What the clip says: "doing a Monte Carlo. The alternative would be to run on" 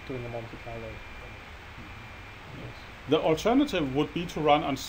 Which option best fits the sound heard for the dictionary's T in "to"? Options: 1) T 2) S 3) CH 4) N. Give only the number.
1